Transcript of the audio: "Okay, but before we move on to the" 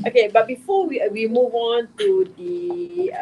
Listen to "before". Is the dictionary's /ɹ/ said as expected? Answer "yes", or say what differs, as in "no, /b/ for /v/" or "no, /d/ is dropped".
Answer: no, /w/ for /ɹ/